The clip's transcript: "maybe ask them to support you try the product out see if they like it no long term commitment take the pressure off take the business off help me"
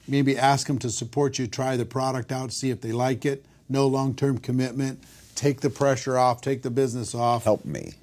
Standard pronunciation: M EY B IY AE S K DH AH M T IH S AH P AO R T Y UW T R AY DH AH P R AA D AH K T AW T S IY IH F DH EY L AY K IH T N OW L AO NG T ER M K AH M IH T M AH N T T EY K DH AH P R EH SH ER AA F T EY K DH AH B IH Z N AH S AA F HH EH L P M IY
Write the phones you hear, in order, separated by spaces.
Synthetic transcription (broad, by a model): M EY B IY AE S K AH M T IH S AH P AO R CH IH T R AY DH AH P R AA D AH K T AW T S IY IH F DH EY L AY K IH T N OW L AO NG T ER M K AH M IH T M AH N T T EY K DH AH P R EH SH ER AA F T EY K DH AH B IH Z N AH S AA F HH EH L P M IY